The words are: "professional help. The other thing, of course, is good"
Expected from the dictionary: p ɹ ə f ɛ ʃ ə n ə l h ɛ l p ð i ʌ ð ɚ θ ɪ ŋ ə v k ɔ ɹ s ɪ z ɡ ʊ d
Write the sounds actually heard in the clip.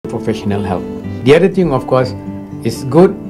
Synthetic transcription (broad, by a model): p ɹ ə f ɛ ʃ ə n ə l h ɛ l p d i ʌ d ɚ t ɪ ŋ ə f k ɔ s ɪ s ɡ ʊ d